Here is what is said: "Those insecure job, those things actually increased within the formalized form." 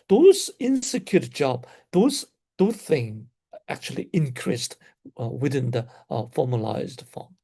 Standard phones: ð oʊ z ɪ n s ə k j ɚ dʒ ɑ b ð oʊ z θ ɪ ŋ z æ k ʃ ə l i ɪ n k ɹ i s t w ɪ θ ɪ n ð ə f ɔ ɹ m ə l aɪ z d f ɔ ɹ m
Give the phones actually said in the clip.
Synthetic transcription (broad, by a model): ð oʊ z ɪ n s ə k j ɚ dʒ ɑ b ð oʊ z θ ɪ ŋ æ k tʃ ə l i ɪ n k ɹ i s t w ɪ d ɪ n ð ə f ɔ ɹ m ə l aɪ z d f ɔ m